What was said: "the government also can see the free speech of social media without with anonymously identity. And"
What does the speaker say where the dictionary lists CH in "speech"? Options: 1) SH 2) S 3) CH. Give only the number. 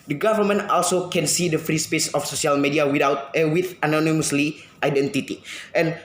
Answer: 2